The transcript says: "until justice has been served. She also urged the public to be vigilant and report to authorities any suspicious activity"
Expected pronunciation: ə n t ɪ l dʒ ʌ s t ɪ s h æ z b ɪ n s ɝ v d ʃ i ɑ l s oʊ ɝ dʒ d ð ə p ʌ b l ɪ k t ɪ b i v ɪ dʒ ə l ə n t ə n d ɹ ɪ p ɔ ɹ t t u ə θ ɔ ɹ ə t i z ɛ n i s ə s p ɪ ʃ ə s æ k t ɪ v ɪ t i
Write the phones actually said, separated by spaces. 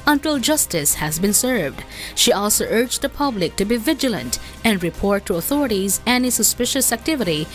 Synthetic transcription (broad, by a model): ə n t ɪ l dʒ ʌ s t ɪ s h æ z b ɪ n s ɝ v d ʃ i ɑ l s oʊ ɝ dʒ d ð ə p ʌ b l ɪ k t ɪ b i v ɪ dʒ ə l ə n t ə n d ɹ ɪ p ɔ ɹ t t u ə θ ɔ ɹ ə t i z ɛ n i s ə s p ɪ ʃ ə s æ k t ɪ v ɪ t i